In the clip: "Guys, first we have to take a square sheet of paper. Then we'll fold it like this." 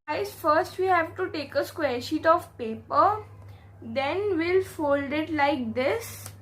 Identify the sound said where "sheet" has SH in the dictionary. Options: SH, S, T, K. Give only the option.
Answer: SH